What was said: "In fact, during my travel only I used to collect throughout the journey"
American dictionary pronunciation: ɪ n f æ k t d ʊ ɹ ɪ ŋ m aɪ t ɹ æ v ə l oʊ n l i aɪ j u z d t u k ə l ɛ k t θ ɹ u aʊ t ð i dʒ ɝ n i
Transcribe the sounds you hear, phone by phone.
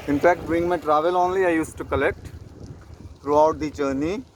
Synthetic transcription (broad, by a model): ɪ n f æ k t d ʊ ɪ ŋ m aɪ t ɹ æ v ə l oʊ n l i aɪ j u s t u k ə l ɛ k t t ɹ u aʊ t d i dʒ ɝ n i